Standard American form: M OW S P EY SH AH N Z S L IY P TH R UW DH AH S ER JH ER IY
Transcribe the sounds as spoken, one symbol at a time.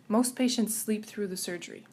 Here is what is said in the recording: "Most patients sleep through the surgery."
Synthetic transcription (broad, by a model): M OW S P EY SH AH N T S L IY P TH R UW DH AH S ER JH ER IY